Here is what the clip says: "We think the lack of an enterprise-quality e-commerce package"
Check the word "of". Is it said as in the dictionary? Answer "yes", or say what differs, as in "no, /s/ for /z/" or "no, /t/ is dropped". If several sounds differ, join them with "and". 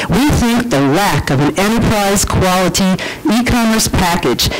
yes